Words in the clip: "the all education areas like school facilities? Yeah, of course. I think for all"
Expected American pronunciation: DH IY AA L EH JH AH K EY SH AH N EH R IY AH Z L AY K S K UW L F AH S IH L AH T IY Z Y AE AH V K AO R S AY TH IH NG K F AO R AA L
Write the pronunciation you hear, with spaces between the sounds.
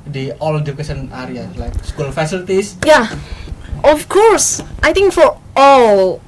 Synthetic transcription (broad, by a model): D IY AA L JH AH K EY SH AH N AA R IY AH L AY K S K UW L F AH S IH L T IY S Y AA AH F K AO R S AY T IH NG K F AO R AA L